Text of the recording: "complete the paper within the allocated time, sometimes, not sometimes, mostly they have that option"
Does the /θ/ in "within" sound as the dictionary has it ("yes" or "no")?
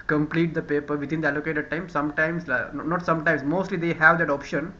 no